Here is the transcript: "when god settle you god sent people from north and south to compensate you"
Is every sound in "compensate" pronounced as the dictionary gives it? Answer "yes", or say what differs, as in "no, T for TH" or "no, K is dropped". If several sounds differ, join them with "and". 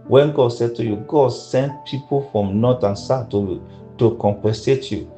no, N is dropped